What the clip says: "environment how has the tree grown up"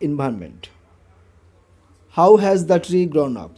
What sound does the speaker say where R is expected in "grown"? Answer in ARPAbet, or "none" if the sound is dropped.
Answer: R